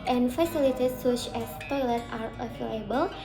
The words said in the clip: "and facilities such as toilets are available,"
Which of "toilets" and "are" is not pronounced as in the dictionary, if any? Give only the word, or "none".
toilets